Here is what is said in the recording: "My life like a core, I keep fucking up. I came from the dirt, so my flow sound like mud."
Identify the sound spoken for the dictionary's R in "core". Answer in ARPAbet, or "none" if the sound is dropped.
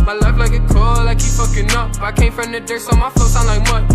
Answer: L